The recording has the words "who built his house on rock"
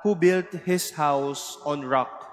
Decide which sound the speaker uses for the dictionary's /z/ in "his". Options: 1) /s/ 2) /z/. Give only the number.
1